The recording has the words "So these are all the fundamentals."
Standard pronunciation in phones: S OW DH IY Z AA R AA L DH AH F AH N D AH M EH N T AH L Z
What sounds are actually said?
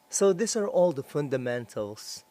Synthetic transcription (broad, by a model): S OW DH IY S AA R AA L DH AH F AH N D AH M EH N T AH L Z